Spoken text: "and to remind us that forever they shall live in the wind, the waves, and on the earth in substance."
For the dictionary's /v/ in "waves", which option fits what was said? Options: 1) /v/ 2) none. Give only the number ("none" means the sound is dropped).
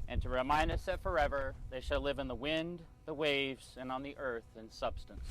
1